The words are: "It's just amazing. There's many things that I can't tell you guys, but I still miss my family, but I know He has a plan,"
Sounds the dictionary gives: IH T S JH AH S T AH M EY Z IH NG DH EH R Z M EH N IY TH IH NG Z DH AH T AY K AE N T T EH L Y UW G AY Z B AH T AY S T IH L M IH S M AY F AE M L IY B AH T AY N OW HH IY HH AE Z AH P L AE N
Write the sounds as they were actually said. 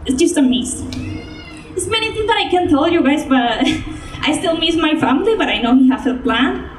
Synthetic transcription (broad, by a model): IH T S JH AH S T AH M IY S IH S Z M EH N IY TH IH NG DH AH T AY K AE N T T EH L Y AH G AY Z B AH T AY S T IH L M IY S M AY F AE M L IY B AH T AY N OW HH IY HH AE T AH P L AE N